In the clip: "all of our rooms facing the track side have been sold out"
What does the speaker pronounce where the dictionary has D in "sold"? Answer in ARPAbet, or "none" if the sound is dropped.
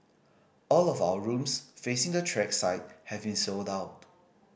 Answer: D